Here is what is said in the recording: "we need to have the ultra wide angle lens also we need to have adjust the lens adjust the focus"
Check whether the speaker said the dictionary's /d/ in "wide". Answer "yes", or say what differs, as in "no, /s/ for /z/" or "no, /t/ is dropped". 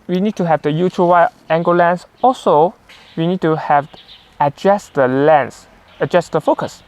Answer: no, /d/ is dropped